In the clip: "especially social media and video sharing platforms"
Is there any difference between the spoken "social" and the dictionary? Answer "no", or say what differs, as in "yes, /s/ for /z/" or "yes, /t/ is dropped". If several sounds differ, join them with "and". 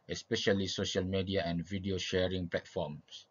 no